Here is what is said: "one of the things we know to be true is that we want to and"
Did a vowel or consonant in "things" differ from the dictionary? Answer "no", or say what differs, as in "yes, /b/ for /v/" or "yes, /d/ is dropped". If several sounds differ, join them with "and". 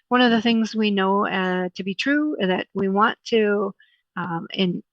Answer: no